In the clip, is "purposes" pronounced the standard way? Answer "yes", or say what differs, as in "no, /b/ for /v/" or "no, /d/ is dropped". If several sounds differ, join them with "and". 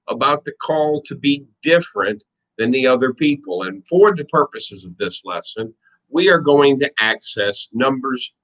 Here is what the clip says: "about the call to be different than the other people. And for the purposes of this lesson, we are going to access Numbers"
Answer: yes